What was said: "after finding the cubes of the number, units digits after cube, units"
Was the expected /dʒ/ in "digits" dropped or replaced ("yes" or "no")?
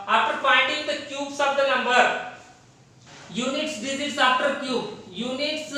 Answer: yes